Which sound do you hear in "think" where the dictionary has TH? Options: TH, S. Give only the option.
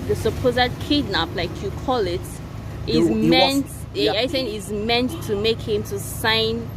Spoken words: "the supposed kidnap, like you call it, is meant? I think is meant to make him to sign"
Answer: S